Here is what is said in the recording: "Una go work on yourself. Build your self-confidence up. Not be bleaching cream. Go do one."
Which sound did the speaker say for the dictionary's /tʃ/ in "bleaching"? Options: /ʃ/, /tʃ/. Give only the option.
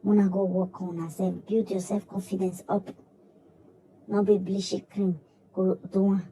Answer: /ʃ/